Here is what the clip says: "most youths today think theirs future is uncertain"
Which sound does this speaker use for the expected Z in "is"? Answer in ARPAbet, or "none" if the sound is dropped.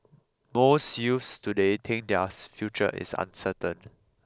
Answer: S